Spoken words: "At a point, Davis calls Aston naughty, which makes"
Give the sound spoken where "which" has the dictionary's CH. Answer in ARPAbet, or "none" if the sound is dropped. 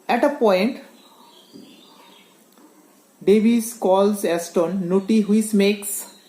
S